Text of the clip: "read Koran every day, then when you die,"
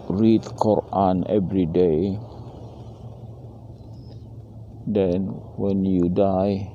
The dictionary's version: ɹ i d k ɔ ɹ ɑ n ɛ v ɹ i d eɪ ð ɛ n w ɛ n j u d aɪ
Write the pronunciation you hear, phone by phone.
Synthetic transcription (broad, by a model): ɹ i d k ɔ ɹ ɑ n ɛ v ɹ i d eɪ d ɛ n w ɛ n j u d aɪ